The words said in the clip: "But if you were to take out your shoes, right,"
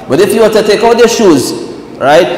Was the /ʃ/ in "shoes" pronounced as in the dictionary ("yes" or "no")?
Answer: yes